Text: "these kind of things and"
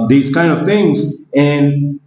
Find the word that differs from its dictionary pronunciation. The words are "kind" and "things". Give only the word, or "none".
none